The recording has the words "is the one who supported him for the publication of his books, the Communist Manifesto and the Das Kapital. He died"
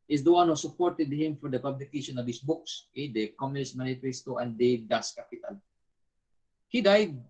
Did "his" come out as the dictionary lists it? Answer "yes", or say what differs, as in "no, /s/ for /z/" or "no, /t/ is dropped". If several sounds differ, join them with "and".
no, /s/ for /z/